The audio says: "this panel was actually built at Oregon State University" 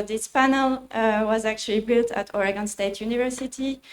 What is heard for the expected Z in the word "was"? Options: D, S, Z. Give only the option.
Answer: Z